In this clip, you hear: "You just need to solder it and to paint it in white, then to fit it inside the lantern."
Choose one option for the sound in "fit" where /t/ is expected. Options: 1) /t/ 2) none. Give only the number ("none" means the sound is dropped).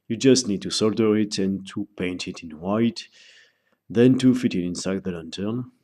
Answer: 1